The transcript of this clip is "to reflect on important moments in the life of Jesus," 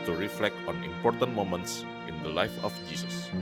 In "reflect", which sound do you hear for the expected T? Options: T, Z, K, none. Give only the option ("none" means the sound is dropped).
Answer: T